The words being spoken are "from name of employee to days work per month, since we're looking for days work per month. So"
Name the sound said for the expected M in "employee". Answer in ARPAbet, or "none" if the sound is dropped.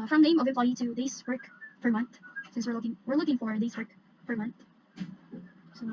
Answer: none